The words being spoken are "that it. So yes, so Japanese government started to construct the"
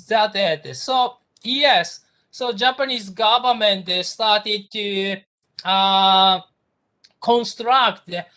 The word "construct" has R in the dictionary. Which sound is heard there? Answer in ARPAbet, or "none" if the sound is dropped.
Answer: R